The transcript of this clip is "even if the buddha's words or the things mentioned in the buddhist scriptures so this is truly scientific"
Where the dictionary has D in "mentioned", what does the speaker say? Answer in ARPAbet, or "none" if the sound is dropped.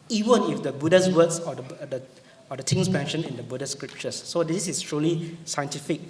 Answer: none